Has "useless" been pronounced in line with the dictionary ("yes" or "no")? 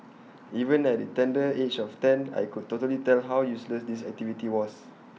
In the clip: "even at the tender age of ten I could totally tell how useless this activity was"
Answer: yes